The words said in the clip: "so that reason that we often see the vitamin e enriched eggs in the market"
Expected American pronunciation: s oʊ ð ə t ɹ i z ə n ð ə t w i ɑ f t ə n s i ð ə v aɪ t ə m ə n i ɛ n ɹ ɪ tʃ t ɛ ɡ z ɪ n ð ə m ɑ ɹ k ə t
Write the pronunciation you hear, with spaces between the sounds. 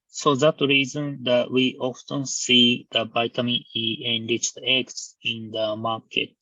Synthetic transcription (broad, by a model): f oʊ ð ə t ɹ i z ə n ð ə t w i ɑ f t ə n s i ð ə b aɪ t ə m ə i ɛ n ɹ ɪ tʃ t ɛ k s ɪ n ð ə m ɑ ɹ k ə t